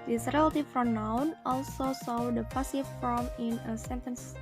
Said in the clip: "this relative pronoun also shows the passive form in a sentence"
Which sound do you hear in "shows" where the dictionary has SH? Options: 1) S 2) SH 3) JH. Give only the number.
1